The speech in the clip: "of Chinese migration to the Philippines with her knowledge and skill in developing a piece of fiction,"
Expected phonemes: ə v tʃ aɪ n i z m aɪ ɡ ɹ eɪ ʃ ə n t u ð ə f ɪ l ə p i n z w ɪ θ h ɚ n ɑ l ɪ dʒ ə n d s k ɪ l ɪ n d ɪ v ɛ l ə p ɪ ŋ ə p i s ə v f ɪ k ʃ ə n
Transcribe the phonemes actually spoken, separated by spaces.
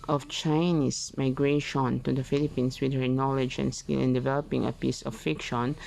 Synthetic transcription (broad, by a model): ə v tʃ aɪ n i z m aɪ ɡ ɹ eɪ ʃ ə n t u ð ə f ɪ l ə p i n s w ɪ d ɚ n ɑ l ɪ dʒ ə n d s k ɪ l ɪ n d ɪ v ɛ l ə p ɪ ŋ ə p i s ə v f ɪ k ʃ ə n